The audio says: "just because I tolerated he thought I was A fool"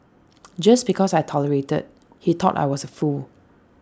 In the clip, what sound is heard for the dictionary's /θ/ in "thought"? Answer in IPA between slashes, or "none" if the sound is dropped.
/t/